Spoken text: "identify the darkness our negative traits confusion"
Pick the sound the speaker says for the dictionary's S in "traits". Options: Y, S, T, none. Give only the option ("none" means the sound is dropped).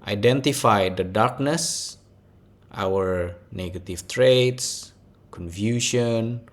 S